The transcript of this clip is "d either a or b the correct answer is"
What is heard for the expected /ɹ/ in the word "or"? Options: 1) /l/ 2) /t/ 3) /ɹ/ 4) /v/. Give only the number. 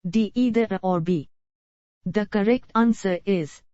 3